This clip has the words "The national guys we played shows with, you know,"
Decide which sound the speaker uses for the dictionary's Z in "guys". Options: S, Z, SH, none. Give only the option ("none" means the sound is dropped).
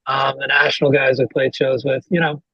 Z